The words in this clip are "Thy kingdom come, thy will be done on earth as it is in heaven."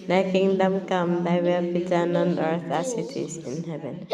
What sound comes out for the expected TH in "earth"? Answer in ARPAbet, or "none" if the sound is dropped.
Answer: T